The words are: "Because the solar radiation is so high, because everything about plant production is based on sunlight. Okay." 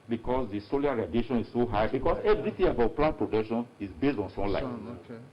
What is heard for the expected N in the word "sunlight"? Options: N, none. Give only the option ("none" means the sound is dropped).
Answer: none